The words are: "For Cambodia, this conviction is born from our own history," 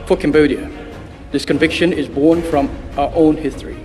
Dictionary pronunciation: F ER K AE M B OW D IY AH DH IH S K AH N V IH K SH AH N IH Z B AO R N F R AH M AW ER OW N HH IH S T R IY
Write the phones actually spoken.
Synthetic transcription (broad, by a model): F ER K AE M B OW D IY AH DH IH S K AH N V IH K SH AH N IH Z B AO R N F R AH M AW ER OW N HH IH S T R IY